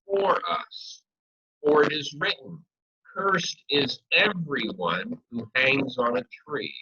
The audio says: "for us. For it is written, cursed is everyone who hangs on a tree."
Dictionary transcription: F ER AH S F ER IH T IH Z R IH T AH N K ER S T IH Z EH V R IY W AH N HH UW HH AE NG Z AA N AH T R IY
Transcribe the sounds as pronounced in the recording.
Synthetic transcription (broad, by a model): F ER AH S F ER IH T IH Z R IH T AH N K ER S T IH Z EH V R IY W AH N HH UW HH AE NG Z N AH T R IY